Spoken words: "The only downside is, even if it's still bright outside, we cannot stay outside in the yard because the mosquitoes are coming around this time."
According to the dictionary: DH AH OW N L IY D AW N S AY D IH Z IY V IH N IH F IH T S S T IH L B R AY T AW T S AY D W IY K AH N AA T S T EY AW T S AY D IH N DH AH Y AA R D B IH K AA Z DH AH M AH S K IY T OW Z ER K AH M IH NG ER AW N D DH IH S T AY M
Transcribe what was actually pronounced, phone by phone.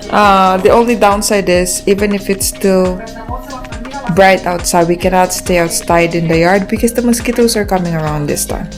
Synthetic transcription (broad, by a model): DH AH OW N L IY D AW N S AY D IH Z IY V IH N IH F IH T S S T IH L B R AY T AW T S AY D W IY K AH N AA T S T EY AW T S AY D IH N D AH Y AA R D B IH K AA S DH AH M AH S K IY T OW S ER K AH M IH NG ER AW N D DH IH S T AY M